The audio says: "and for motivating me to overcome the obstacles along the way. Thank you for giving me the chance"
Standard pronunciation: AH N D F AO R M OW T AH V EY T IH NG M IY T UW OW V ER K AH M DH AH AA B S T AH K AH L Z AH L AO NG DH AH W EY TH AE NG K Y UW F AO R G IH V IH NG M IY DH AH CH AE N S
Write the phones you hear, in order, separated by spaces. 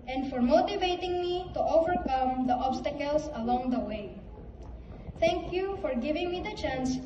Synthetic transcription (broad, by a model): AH N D F AO R M OW T AH V EY T IH NG M IY T UW OW V ER K AH M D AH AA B S T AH K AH L S AH L AO NG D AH W EY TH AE NG K Y UW F AO R G IH V IH NG M IY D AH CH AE N S